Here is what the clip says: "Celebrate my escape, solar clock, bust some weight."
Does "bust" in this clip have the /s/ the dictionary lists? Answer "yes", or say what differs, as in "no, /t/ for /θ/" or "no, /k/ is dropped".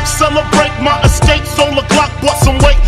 no, /s/ is dropped